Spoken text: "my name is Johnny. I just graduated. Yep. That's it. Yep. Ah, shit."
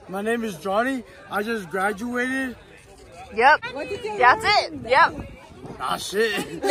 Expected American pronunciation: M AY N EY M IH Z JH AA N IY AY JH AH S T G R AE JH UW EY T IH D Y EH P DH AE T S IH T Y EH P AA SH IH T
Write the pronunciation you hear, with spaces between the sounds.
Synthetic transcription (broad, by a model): M AY N EY M IH Z JH AA N IY AY JH AH S G R AE JH UW EY T IH D Y EH P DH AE T S IH T Y EH P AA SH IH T